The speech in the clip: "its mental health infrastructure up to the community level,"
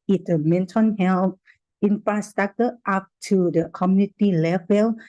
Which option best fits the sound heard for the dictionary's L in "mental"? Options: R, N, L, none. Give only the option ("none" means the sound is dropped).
N